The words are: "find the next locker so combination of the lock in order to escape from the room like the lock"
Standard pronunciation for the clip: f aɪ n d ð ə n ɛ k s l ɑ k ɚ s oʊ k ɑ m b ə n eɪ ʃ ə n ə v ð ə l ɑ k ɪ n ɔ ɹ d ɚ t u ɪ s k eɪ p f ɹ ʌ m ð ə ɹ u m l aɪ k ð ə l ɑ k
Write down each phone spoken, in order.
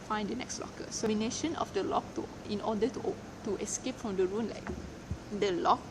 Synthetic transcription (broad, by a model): f aɪ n d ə n ɛ k s l ɑ k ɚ s oʊ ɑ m ə n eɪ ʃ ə n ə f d ə l ɑ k ɪ n ɔ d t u t u ɪ s k eɪ p f ɹ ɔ m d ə ɹ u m l aɪ k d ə l ɑ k